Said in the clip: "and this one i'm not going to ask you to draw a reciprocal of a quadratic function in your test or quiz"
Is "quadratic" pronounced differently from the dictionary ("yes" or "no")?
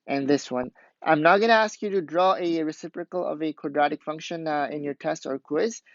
no